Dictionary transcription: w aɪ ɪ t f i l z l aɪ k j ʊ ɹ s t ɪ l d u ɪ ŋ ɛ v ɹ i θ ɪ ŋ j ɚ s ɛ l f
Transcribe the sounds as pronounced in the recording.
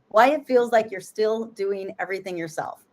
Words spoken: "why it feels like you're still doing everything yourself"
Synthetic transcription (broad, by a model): w aɪ ɪ t f i l z l aɪ k j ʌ ɹ s t ɪ l d u ɪ ŋ ɛ v ɹ i θ ɪ ŋ j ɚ s ɛ l f